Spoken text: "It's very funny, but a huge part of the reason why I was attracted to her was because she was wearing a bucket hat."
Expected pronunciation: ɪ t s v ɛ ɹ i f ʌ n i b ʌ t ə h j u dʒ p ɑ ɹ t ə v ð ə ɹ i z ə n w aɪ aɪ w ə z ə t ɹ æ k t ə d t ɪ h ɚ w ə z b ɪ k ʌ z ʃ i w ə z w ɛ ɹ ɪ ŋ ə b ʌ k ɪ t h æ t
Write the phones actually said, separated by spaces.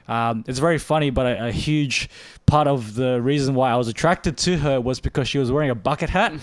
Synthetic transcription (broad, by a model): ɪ t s v ɛ ɹ i f ʌ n i b ʌ t ə h j u dʒ p ɑ ɹ t ə v ð ə ɹ i z ə n w aɪ aɪ w ə z ə t ɹ æ k t ə d t ɪ ɚ w ə z b ɪ k ʌ z ʃ i w ə z w ɛ ɹ ɪ ŋ ə b ʌ k ɪ t h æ t